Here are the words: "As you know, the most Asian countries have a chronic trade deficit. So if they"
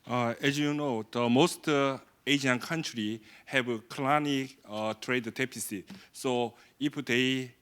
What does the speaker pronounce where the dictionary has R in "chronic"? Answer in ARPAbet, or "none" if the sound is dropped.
L